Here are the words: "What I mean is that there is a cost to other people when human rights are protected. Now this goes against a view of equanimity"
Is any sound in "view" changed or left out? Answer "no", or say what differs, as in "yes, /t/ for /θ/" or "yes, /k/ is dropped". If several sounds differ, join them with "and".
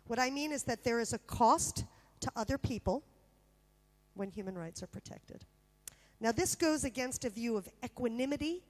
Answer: no